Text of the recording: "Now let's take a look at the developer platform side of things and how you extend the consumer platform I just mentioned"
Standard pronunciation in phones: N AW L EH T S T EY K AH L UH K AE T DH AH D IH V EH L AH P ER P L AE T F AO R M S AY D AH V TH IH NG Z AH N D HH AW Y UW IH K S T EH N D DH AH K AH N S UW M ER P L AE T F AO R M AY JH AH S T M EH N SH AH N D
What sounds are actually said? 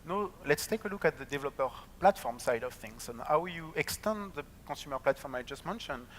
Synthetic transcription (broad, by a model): N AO L EH T S T EY K AH L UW K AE T DH AH D IH V EH L AH P ER P L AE T F AO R M S AY D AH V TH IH NG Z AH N HH AW Y UW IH K S T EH N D DH AH K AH S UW M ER P L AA T F AO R M AY JH AH S T M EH N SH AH N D